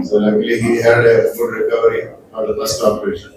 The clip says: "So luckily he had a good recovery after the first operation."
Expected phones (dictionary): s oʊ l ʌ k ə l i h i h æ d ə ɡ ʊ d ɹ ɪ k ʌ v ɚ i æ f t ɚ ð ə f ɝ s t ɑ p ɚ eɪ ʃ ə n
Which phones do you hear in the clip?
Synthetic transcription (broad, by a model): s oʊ l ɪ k l i h i h æ d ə ɡ ʊ d ɹ ɪ k ʌ v ɚ i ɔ t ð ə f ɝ s t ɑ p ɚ eɪ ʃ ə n